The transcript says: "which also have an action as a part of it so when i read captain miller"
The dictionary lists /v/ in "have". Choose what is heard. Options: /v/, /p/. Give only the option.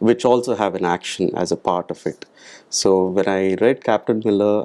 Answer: /v/